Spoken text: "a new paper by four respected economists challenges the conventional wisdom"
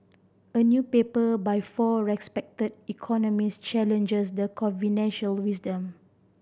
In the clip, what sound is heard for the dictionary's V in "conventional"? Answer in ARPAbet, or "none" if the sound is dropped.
F